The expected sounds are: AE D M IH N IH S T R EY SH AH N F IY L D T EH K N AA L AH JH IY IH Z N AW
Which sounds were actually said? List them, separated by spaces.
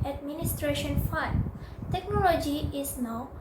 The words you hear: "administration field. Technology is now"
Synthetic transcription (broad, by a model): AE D M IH N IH S T R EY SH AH N F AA N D T EH K N AA L AH JH IY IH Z N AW